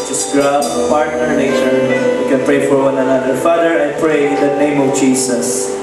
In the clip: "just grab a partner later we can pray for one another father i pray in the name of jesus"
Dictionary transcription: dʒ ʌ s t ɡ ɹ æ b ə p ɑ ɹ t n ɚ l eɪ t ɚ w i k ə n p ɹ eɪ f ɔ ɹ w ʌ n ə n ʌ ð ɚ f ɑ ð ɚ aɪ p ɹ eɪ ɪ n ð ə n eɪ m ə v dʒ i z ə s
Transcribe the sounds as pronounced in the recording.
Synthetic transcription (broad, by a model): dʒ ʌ s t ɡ ɹ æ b ə p ɑ ɹ t n ɚ n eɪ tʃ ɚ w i k ə n p ɹ eɪ f ɔ ɹ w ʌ n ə n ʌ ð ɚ f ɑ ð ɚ aɪ p ɹ eɪ ɪ n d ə n eɪ m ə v dʒ i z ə s